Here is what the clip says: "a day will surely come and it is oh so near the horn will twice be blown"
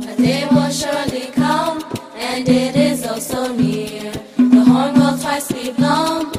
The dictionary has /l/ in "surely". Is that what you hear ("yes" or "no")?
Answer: yes